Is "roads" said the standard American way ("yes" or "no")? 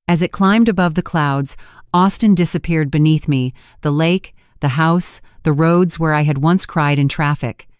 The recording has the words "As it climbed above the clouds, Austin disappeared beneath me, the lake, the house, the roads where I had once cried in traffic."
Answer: yes